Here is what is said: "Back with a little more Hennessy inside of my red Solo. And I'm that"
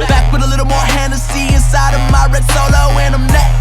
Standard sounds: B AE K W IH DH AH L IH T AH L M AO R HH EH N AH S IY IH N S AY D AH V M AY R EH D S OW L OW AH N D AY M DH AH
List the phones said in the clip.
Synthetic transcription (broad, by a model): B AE K W IH DH AH L IH T L M AO R HH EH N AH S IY IH N S AY D AH V M AY R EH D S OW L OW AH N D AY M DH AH